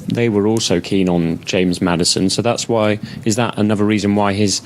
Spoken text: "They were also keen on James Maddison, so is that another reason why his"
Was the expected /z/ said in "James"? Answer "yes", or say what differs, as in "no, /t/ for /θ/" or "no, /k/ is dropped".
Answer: yes